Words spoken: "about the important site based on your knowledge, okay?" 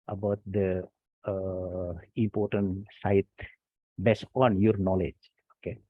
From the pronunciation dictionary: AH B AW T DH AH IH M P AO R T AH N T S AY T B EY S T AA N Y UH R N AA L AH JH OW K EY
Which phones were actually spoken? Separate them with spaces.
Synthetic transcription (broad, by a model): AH B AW T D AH IH M P AO R T AH N T S AY T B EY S AA N Y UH R N AA L AH JH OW K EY